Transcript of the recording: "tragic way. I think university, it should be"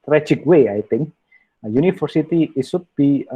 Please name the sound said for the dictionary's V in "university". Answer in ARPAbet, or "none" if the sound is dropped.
F